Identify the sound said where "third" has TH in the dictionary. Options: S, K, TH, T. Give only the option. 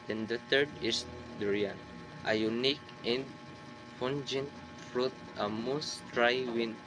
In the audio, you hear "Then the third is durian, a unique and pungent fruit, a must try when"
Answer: T